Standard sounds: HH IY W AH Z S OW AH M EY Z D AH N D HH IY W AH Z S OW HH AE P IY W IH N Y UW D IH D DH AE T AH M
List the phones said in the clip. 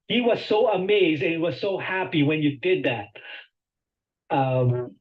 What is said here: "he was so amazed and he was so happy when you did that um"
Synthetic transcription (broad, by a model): HH IY W AH Z S OW AH M EY Z D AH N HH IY W AH Z S OW HH AE P IY W IH N Y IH D IH D DH AE T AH M